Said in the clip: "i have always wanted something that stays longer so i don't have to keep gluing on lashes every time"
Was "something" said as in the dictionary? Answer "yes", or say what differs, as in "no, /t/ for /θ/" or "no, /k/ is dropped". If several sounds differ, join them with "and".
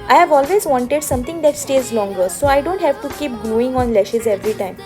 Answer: no, /t/ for /θ/